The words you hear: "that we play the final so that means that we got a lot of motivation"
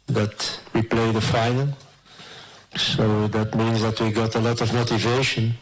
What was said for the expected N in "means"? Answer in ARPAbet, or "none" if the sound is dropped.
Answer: N